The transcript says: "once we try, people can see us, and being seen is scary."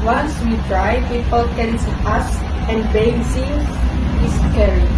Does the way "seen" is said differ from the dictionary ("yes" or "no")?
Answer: yes